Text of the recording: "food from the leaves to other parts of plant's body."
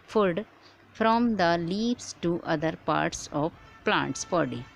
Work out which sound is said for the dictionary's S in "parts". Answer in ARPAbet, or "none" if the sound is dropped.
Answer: S